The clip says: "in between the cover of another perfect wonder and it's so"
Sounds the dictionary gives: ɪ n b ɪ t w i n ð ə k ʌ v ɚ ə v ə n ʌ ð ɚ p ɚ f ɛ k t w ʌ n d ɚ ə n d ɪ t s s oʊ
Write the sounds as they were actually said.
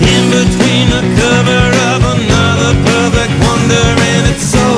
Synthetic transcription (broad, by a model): ɪ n b ɪ t w i n ð ə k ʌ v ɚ ə v ə n ʌ ð ɚ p ɚ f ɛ k t w ʌ n d ɚ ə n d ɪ t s s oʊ